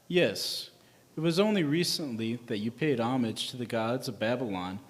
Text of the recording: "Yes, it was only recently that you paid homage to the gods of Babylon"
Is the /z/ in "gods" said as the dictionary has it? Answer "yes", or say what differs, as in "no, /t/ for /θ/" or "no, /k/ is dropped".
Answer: yes